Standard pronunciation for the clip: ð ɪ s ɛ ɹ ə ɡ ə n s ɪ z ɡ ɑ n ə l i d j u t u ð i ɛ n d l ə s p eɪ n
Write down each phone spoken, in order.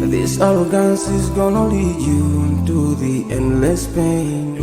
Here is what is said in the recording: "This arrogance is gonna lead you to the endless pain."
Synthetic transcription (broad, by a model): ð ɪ s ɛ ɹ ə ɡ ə n s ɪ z ɡ ɑ n ə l i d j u t u ð i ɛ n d l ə s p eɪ n